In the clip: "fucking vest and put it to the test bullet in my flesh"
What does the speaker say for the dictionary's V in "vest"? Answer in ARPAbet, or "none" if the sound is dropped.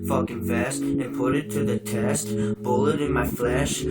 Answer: F